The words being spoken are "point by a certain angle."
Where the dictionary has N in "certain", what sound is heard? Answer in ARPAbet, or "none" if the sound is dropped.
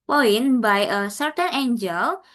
N